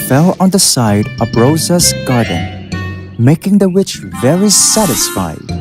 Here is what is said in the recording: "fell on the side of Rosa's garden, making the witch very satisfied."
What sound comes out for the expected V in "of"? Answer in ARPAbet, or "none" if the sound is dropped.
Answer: B